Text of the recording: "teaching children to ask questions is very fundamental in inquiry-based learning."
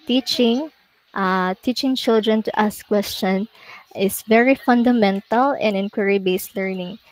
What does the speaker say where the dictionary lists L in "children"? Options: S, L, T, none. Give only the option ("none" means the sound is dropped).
L